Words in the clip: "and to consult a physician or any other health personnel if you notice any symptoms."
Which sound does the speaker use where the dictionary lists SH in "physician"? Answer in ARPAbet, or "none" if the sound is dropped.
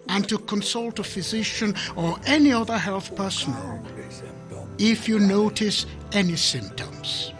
SH